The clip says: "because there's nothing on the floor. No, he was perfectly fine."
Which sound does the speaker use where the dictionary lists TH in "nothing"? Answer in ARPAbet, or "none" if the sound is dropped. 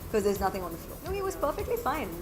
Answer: TH